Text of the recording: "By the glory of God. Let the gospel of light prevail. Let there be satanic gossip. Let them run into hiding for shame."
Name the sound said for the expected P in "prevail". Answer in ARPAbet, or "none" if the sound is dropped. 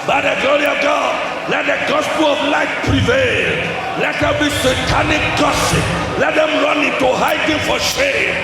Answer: P